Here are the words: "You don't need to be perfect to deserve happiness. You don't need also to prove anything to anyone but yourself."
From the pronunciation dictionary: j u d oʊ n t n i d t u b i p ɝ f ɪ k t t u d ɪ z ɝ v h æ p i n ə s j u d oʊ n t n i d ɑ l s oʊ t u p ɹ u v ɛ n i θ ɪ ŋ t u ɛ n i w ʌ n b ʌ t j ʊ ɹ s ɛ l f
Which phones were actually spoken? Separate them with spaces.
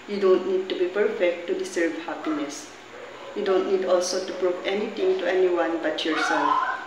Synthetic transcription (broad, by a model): j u d oʊ n t n i d t u b i p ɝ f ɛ k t t u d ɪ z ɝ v h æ p i n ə s j u d oʊ n t n i d ɑ l s oʊ t u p ɹ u p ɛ n i t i ŋ t u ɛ n i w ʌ n b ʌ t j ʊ ɹ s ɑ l